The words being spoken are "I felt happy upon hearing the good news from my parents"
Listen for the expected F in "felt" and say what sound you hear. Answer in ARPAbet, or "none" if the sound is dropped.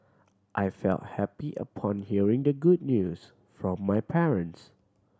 F